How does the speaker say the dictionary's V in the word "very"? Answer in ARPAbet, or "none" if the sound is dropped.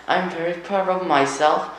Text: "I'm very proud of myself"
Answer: V